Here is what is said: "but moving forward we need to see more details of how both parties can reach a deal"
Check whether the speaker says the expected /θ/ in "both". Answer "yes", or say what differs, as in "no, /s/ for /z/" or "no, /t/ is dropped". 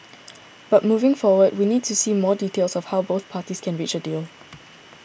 yes